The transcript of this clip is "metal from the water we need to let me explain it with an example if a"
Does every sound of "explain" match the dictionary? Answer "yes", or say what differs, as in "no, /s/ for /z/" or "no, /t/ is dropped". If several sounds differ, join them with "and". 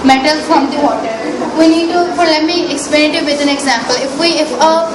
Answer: no, /n/ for /l/